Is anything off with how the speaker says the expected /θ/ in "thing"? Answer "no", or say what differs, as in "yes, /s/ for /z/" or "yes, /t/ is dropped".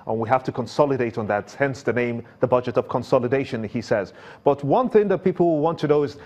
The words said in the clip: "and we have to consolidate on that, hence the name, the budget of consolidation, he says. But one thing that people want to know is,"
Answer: no